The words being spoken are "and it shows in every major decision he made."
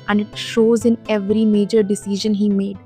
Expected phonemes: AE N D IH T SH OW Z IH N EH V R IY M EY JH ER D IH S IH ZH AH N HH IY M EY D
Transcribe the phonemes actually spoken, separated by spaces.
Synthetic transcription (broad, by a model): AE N D IH T SH OW Z IH N EH V R IY M EY JH ER D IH S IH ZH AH N HH IY M EY D